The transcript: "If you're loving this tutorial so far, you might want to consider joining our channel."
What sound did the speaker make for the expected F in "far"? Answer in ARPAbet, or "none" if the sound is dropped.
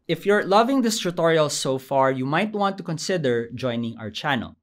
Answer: F